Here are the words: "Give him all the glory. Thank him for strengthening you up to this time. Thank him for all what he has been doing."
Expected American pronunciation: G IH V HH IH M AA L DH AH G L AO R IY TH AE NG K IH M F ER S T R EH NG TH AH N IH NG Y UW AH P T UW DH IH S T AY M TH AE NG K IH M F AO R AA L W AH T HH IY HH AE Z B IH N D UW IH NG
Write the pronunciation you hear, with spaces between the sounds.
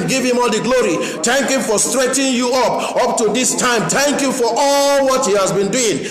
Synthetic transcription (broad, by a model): G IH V HH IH M AA L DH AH G L AO R IY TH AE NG K IH M F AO S T R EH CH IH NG Y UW AH P T UW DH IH S T AY M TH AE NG K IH F AO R AA L W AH T HH IY HH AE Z B IH N D UW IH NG